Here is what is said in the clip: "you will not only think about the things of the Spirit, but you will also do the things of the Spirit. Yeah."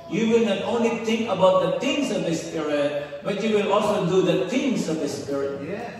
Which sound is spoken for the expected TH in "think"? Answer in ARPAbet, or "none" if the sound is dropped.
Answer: T